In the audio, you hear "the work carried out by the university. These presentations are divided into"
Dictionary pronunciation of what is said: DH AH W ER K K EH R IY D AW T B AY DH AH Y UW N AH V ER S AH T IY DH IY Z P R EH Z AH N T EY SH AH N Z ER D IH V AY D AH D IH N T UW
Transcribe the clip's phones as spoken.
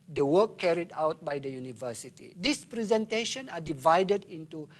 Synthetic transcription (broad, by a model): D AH W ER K K EH R IY D AW T B AY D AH Y UW N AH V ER S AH T IY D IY S P R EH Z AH N T EY SH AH N AA D IH V AY D AH D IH N T UW